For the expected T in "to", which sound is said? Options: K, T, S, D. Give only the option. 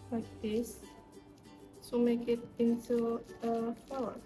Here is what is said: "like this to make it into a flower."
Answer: S